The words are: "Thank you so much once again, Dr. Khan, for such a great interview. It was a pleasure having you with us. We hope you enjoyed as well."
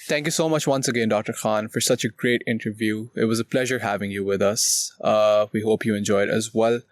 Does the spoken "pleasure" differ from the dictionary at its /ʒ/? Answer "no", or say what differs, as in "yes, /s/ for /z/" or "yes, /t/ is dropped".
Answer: no